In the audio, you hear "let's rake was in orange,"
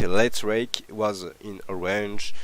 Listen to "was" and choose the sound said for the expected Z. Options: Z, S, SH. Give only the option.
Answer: Z